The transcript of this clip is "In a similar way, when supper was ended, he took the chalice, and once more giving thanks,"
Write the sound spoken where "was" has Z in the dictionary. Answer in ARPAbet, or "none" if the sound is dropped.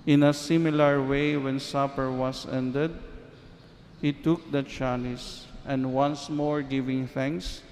S